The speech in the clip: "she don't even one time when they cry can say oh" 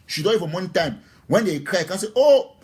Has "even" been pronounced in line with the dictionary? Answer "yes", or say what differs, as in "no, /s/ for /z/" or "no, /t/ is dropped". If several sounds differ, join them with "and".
no, /f/ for /v/